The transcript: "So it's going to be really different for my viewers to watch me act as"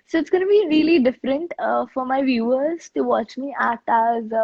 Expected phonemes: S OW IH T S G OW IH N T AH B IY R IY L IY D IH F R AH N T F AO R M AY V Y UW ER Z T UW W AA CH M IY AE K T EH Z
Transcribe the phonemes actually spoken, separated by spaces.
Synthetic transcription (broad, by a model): S OW IH T S G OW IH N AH B IY R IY L IY D IH F R AH N T F AO R M AY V Y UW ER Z T UW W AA CH M IY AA T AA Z